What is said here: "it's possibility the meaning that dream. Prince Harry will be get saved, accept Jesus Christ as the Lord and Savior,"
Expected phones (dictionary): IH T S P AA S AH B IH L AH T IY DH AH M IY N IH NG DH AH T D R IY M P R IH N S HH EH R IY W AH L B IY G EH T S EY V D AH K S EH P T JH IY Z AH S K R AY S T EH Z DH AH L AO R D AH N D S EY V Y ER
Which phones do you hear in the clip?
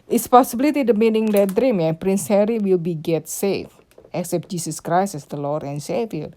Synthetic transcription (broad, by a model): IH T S P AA S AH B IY L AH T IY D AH M IY N IH NG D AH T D R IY M P R IH N S HH EH R IY W AH L B IY G EH T S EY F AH K S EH P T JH IY S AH S K R AY S EH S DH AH L AO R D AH N S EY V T